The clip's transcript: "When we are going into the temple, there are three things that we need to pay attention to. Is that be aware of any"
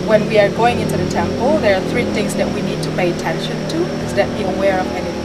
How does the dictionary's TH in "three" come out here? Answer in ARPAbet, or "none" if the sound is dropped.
TH